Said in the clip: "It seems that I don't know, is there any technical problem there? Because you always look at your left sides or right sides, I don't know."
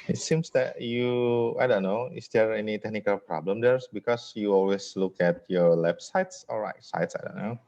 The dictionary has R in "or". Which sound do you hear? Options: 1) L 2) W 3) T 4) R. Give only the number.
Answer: 1